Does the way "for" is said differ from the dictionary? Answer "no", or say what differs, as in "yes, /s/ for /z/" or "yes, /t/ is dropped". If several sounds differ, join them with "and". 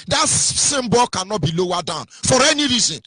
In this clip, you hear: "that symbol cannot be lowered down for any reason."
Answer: no